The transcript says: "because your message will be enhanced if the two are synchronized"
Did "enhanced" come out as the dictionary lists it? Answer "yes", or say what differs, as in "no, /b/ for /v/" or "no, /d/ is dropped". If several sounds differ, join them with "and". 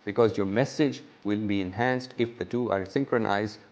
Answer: yes